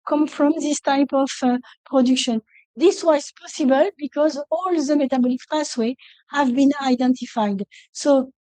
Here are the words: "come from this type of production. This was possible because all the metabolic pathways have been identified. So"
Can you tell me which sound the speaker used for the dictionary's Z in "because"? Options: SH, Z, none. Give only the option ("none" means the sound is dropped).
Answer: Z